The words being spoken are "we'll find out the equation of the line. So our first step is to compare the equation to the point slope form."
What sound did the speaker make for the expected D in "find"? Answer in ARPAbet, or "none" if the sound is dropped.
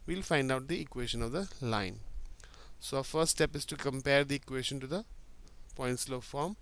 D